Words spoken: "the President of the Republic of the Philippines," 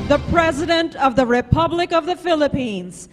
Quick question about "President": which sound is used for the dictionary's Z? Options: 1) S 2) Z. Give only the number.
2